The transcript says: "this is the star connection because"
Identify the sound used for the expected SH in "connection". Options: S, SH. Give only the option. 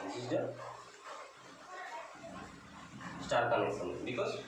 S